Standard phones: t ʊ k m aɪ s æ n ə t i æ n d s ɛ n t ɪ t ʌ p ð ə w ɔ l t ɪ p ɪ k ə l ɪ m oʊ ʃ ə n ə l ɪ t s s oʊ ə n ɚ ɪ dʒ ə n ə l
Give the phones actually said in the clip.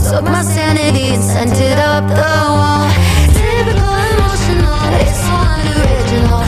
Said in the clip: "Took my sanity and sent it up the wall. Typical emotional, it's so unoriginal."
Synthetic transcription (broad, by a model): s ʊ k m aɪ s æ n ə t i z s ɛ n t ɪ t ʌ p ð ə w ɔ l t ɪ b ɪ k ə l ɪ m oʊ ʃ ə n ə l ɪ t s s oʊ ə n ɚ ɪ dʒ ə n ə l